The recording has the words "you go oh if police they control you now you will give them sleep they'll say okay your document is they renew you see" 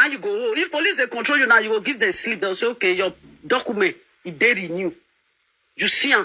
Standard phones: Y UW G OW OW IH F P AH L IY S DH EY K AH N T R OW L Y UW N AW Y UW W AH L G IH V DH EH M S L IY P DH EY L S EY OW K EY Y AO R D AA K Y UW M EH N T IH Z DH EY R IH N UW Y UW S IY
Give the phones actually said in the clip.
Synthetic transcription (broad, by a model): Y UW G OW OW IH F P AH L IY S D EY K AH N T R OW L Y UW N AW Y UW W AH G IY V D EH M S L IY P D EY W S EY OW K EY Y AO D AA K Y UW M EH N T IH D EY R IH N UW Y UW S IY